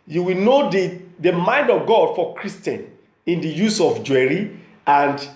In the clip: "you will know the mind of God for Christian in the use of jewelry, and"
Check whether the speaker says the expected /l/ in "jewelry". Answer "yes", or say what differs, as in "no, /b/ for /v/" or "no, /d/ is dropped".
no, /l/ is dropped